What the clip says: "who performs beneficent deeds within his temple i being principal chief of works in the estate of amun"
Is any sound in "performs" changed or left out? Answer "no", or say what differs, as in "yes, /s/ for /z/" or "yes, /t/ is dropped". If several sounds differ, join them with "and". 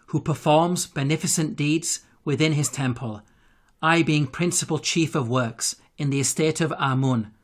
no